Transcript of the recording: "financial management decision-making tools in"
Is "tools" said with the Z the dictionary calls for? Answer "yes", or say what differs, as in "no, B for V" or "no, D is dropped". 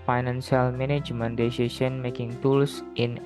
no, S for Z